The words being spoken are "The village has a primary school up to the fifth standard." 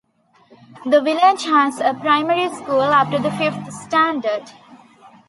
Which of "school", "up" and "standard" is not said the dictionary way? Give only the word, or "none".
up